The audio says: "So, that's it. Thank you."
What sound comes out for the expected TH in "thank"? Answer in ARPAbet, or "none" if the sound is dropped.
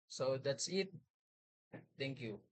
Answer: T